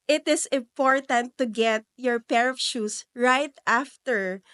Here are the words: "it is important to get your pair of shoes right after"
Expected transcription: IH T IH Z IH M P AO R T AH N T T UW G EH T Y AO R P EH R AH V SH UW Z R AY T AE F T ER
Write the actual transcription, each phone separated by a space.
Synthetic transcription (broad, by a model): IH T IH S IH M P AO R T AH N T T UW G EH T Y AO R P EH R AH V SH UW S R AY T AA F T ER